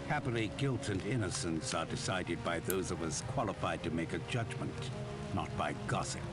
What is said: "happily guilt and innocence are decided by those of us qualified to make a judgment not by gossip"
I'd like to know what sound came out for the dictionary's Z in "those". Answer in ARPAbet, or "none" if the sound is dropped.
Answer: Z